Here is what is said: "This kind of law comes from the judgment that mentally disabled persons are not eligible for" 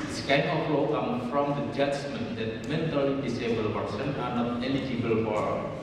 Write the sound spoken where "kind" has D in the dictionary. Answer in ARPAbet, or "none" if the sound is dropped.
none